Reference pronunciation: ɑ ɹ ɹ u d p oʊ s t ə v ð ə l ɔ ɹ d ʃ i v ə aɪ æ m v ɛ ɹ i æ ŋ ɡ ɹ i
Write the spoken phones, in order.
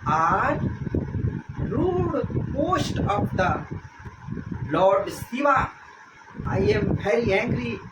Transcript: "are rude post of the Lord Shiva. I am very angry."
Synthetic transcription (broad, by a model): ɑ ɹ ɹ u d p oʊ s t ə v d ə l ɔ ɹ d s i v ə aɪ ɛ m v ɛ ɹ i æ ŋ ɡ ɹ i